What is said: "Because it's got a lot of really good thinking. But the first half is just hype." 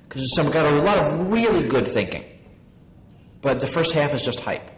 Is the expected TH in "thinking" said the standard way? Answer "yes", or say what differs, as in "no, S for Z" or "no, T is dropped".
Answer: yes